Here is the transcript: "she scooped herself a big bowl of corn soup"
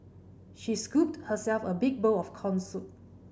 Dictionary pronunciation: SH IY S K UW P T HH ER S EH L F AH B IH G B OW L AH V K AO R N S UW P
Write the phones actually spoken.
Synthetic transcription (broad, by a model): SH IY S K UW P T HH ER S EH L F AH B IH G B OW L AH F K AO N S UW